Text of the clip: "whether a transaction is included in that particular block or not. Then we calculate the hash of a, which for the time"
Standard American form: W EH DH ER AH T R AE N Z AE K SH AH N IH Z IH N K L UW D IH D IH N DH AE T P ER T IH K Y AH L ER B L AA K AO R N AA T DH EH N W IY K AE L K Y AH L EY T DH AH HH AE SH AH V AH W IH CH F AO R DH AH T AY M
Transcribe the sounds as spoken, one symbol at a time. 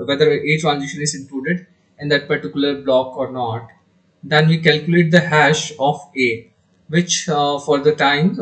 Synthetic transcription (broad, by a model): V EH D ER AH T R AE N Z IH SH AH N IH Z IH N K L UW D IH D IH N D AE T P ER T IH K Y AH L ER B L AA K AO R N AA T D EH N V IY K AE L K Y AH L EY T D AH HH AE SH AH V AH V IH CH F AO R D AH T AY M